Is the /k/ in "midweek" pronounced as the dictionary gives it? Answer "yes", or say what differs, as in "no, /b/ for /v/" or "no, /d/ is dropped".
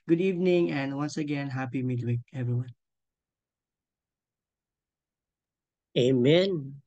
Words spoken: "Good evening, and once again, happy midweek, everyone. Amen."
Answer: yes